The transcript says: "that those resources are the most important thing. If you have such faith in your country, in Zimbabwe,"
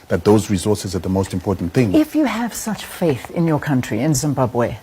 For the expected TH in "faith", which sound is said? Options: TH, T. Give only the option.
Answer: TH